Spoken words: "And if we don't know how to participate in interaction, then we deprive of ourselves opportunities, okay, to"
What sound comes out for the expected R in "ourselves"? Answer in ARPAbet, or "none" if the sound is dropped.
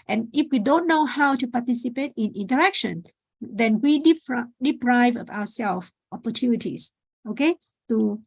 W